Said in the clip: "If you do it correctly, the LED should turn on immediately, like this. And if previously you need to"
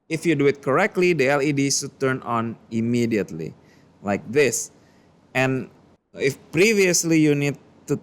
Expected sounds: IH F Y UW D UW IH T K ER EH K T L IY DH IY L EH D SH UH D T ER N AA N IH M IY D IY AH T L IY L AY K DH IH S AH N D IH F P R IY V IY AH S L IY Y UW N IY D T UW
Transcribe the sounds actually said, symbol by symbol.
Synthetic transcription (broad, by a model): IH F Y UW D UW IH T K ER EH K T L IY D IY L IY D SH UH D T ER N AA N IH M IY D IY AH T L IY L AY K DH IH S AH N IH F P R IY V IY AH S L IY Y UW N IY D T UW